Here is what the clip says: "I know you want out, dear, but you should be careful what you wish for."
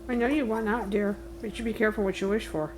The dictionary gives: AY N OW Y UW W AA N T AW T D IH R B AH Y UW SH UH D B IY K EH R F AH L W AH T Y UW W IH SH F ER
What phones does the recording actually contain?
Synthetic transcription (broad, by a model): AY N OW Y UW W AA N AW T D IH R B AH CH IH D B IY K EH R F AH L W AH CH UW W IH SH F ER